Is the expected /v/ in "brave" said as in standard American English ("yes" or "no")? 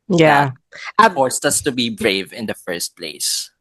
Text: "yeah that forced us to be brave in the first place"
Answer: yes